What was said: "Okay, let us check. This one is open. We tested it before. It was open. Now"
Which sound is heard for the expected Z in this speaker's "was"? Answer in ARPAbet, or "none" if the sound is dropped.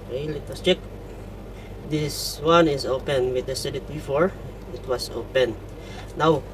S